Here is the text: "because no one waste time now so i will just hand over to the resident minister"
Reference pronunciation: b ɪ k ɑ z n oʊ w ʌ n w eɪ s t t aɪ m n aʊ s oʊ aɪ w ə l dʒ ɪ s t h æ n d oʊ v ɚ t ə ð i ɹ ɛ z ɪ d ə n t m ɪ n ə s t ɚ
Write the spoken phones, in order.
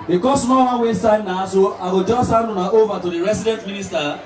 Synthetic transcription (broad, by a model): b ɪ k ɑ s n oʊ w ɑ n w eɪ s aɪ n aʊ s oʊ aɪ w ə l dʒ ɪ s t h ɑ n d oʊ v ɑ t ə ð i ɹ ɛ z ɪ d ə n t m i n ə s t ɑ